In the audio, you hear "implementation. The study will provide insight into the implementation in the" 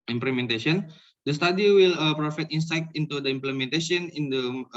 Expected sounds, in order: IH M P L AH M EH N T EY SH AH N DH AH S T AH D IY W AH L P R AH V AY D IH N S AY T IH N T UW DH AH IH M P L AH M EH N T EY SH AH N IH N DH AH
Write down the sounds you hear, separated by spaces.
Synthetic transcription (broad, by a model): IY M P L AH M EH N T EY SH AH N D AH S T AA D IY W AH L P R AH F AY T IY N S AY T IH N T UW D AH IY M P L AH M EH N T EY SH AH N IH N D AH